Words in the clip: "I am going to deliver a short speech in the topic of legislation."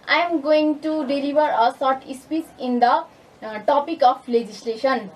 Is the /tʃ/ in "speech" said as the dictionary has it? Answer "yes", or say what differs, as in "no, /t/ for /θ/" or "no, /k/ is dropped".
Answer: no, /s/ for /tʃ/